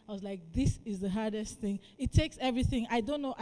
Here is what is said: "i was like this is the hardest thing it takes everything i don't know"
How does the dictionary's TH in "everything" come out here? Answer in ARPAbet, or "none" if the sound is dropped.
TH